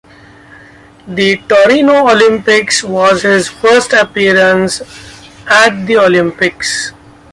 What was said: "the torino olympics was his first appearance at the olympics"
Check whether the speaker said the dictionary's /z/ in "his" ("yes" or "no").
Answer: yes